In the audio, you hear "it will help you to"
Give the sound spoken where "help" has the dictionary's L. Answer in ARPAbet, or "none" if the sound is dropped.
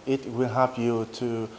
none